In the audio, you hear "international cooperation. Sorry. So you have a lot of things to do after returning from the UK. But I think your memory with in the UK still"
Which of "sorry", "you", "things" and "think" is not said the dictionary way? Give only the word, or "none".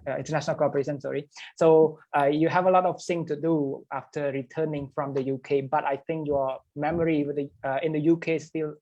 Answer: things